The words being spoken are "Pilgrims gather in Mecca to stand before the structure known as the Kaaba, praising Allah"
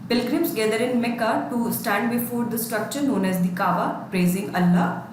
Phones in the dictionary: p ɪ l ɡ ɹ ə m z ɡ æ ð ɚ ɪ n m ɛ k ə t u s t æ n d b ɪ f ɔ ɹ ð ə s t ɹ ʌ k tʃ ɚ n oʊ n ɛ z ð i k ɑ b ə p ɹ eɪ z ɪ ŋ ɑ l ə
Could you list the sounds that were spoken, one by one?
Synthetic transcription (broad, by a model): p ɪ l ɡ ɹ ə m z ɡ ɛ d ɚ ɪ n m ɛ k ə t u s t æ n d b ɪ f ɔ ɹ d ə s t ɹ ʌ k tʃ ɚ n oʊ n ɛ z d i k ɑ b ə p ɹ eɪ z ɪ ŋ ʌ l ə